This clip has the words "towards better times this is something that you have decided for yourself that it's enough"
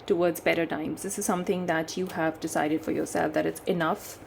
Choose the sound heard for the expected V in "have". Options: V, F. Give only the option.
V